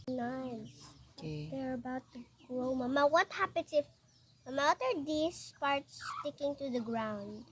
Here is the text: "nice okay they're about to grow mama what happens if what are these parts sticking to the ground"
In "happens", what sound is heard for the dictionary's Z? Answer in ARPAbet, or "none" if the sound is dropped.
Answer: S